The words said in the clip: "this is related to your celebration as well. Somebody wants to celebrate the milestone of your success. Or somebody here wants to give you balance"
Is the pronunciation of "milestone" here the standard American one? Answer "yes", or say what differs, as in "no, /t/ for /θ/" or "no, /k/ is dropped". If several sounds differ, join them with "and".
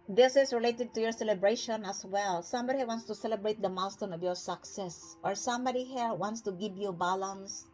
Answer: no, /l/ is dropped